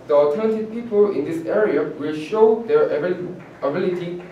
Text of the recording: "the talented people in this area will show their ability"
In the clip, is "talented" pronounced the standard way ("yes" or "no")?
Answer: no